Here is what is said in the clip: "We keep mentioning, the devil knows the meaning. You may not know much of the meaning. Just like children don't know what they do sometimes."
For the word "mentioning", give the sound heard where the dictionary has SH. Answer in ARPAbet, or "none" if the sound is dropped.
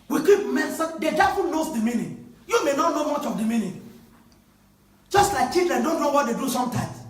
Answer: S